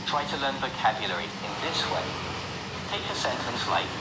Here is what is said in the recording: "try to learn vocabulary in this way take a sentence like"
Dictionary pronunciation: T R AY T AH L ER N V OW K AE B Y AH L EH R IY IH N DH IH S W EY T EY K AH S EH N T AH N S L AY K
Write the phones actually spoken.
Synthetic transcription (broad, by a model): T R AY T AH L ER N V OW K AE B Y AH L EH R IY IH N DH IH S W EY T EY K AH S EH N T AH N S L AY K